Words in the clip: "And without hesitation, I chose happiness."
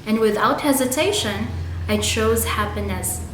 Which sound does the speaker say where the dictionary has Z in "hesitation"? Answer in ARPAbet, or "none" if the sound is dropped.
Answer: Z